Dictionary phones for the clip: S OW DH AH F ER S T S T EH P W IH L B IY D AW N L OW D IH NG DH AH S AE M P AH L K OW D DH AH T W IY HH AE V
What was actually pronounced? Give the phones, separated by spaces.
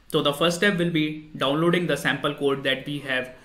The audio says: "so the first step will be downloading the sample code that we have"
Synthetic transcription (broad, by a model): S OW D AH F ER T S T EH P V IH L B IY D AW N L OW D IH NG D AH S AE M P AH L K OW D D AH T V IY HH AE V